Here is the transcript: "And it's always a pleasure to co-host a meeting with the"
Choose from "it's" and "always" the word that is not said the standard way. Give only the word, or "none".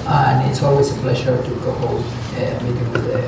always